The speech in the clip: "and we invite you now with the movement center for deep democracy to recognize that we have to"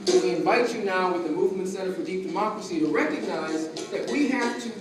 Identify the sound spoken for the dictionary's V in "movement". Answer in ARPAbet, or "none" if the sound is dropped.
V